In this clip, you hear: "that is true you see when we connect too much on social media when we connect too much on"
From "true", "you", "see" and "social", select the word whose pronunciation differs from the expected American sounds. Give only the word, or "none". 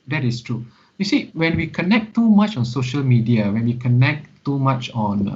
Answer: none